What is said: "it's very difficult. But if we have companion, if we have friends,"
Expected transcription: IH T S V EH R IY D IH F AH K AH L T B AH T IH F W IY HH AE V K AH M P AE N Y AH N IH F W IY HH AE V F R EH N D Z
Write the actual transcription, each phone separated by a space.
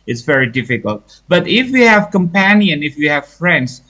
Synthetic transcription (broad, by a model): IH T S V EH R IY D IH F AH K AH L T B AH T IH F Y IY HH AE V K AH M P AE N Y AH N IH F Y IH HH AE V F R EH N D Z